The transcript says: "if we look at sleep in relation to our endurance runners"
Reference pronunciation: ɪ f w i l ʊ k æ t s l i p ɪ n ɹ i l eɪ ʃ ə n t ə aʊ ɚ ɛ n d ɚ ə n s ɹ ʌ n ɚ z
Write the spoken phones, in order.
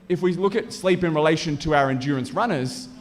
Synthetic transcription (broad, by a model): ɪ f w i l ʊ k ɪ t s l i p ɪ n ɹ i l eɪ ʃ ə n t ə aʊ ɚ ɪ n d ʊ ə n s ɹ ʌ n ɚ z